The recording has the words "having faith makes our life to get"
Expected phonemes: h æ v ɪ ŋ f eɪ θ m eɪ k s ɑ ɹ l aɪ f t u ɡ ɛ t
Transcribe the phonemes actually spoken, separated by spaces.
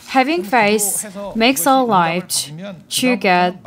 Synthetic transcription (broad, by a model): h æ v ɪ ŋ f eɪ s m eɪ k s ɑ l l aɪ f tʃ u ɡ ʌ